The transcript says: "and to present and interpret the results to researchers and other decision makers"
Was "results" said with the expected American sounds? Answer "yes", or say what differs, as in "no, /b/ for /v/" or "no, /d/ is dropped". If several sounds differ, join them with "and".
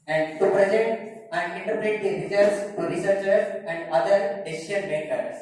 no, /l/ is dropped